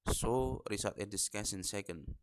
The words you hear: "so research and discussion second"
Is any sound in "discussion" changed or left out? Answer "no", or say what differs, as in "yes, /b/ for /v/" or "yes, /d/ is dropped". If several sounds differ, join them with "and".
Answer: yes, /s/ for /ʃ/